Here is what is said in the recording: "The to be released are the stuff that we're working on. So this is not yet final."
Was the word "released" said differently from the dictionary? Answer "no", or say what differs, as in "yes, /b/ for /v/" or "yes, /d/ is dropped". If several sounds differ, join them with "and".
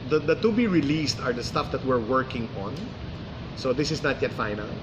no